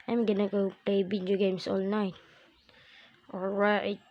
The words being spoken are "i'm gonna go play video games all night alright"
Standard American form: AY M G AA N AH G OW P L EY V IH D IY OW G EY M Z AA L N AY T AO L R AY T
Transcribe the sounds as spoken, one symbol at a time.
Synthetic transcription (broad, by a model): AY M G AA N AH G OW P L EY B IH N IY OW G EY M S AA L N AY T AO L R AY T